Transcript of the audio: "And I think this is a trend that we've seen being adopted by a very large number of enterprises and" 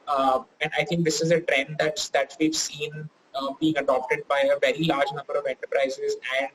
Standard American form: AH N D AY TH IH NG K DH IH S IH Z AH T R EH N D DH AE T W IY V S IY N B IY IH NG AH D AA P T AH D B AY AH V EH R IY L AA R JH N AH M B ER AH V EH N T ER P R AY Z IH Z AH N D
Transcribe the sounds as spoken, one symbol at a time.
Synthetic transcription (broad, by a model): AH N D AY T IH NG K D IH S IH Z AH T R EH N D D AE T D IY V S IY N B IY IH NG AH D AA P T AH D B AY AH V EH R IY L AA R JH N AH M B ER AH V EH N T ER P R AY Z IH Z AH N D